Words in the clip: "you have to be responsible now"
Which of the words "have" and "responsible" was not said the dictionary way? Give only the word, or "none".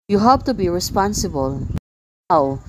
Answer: have